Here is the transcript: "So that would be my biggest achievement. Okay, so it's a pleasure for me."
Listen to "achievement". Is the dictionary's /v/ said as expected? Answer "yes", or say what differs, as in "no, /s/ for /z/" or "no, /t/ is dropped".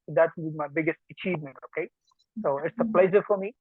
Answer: yes